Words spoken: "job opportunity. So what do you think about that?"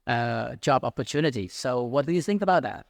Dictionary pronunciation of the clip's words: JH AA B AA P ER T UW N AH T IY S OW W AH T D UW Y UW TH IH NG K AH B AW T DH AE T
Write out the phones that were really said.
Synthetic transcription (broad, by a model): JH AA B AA P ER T UW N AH T IY S OW W AH T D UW Y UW TH IH NG K AH B AW T DH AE T